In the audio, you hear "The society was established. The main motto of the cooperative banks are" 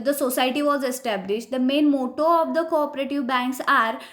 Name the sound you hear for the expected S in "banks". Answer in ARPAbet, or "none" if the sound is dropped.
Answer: S